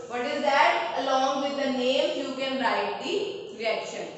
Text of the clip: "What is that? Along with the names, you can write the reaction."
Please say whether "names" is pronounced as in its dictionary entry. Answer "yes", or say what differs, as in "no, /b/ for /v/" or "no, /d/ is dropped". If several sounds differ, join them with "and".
no, /z/ is dropped